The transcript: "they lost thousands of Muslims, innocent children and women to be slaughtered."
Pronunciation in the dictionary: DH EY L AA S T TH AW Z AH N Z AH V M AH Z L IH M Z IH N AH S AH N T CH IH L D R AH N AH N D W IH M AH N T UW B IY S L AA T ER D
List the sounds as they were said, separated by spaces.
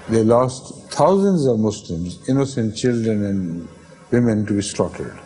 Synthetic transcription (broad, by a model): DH EY L AA S T T AW Z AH N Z AH V M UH S L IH M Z IH N AH S AH N T CH IH L D R AH N AH N D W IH M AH N T UW B IY S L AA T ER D